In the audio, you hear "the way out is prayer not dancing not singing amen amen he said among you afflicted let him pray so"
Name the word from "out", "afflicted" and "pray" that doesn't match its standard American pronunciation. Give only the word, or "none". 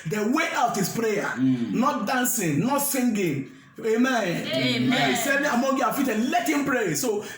afflicted